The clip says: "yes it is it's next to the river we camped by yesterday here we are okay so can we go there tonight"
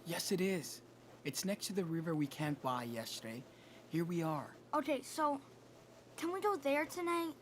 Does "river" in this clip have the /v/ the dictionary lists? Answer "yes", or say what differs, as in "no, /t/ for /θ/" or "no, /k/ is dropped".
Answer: yes